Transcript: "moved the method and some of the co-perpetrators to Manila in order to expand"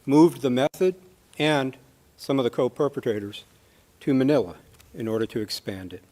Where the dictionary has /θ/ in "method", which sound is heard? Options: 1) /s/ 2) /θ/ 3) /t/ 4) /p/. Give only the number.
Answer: 2